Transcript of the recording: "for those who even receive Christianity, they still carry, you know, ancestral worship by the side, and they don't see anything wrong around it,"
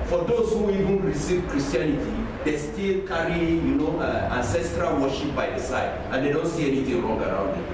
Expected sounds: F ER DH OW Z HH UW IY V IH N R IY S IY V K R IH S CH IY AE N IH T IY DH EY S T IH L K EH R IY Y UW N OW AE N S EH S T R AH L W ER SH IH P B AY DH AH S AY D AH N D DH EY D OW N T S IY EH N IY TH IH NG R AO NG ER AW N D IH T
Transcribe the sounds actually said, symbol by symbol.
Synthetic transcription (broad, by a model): F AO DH OW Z HH UW IY V IH N R IY S IY V K R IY S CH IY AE N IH T IY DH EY S T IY L K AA R IY Y UW N OW AE N S EH S T R AH L W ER SH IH P B AY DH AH S AY D AH N D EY D OW N T S IY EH N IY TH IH NG R AO NG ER AW N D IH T